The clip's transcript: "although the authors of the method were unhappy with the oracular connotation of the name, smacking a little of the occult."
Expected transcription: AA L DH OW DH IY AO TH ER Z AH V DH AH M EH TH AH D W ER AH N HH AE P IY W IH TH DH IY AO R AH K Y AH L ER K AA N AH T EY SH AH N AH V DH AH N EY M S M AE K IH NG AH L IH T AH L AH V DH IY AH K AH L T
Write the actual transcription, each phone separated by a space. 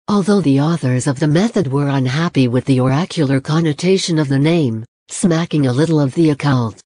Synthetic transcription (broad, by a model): AA L DH OW DH IY AO TH ER Z AH V DH AH M EH TH AH D W ER AH N HH AE P IY W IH DH IY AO R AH K Y L ER K AA N AH T EY SH AH N AH V DH AH N EY M S M AE K IH NG AH L IH T L AH V DH IY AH K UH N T